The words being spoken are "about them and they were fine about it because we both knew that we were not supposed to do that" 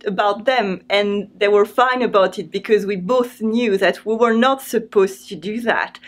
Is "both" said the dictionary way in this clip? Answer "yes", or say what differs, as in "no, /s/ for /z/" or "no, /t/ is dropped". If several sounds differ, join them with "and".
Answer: yes